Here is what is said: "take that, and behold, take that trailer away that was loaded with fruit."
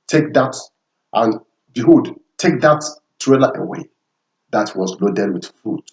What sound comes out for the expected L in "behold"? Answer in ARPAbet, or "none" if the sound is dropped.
none